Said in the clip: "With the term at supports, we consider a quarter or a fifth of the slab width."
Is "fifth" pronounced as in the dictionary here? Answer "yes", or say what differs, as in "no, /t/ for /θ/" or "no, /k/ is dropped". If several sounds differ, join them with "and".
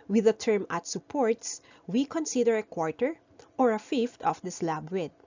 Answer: no, /t/ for /θ/